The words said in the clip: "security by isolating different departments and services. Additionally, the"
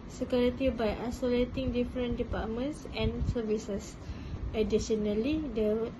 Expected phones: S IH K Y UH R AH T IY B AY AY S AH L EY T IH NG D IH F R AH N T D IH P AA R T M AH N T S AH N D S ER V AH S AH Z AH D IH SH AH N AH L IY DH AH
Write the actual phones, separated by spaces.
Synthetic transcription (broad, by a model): S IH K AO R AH T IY B AY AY S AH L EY T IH NG D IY F R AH N D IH P AA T M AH N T S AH N S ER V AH S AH S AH D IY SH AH N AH L IY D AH